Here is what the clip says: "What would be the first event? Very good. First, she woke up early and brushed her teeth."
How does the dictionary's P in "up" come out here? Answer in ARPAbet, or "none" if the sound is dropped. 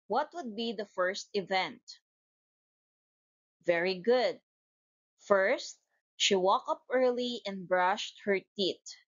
P